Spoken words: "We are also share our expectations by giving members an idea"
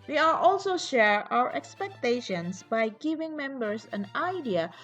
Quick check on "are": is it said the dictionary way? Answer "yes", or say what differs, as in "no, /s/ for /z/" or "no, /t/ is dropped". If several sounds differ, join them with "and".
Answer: no, /l/ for /ɹ/